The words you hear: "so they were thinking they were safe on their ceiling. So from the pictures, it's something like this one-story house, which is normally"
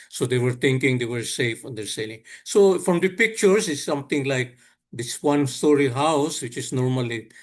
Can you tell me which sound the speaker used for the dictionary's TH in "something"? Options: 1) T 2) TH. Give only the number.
1